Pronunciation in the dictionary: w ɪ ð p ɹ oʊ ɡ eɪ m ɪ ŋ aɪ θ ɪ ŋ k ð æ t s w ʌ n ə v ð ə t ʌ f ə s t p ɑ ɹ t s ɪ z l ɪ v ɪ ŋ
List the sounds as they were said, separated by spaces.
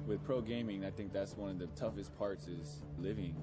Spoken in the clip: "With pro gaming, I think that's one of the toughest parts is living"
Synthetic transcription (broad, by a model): w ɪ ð p ɹ oʊ ɡ eɪ m ɪ ŋ aɪ θ ɪ ŋ k ð æ t s w ʌ n ə v ð ə t ʌ f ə s p ɑ ɹ t s ɪ z l ɪ v ɪ ŋ